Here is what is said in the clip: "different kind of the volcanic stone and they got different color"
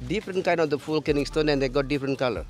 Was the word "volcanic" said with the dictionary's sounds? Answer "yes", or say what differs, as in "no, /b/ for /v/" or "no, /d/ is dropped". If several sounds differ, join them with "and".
no, /f/ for /v/